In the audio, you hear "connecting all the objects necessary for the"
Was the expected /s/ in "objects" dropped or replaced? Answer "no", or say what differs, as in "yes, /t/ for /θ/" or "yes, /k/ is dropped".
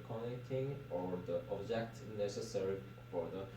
yes, /s/ is dropped